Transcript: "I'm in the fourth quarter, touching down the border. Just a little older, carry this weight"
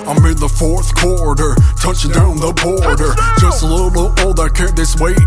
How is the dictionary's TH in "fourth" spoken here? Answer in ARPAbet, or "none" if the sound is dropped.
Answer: TH